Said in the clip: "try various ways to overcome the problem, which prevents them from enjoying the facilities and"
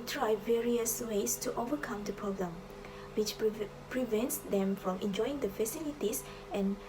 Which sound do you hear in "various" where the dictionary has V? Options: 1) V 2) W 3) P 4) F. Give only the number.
1